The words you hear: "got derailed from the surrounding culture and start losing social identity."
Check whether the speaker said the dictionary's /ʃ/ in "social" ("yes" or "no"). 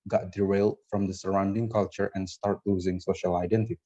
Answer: yes